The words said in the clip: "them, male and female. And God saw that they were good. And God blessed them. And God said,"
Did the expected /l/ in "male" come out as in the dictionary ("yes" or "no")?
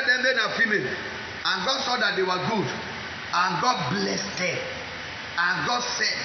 no